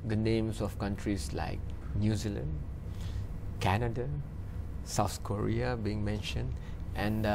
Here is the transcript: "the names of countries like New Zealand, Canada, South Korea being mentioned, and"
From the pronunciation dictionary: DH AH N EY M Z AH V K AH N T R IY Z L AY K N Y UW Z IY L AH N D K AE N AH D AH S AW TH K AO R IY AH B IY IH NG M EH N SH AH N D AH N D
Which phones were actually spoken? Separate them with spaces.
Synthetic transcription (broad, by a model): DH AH N EY M S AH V K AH N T R IY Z L AY K N Y UW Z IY L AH N D K AE N AH D AH S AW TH K AO R IY AH B IY IH NG M EH N SH AH N D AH N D